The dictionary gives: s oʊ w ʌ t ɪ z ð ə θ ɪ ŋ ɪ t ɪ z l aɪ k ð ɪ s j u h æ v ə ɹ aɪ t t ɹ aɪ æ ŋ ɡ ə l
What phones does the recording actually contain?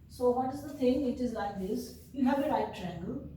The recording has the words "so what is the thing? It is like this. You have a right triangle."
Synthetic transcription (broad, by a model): s oʊ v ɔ t ɪ z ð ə t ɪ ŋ ɪ t ɪ z l aɪ k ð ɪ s j u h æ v ə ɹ aɪ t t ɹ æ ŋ ɡ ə l